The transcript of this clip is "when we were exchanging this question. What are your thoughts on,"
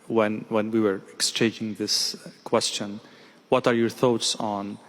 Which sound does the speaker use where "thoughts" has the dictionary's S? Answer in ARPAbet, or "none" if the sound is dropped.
S